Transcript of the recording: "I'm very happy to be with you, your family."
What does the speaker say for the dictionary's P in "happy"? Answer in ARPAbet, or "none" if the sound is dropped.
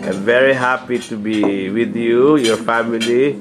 P